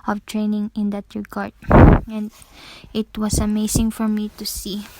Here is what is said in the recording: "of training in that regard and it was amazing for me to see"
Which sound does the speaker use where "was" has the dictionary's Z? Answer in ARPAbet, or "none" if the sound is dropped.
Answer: S